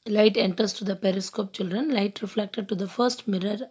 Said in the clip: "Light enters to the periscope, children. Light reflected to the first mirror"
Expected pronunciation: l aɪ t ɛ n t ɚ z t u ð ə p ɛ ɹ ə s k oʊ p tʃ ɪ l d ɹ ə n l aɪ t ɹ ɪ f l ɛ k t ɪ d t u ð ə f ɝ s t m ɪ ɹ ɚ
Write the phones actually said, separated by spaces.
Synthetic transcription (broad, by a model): l aɪ t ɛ n t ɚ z t u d ə p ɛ ɹ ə s k oʊ p tʃ ɪ l d ɹ ə n l aɪ t ɹ ɪ f l ɛ k t ɪ d t u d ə f ɝ s t m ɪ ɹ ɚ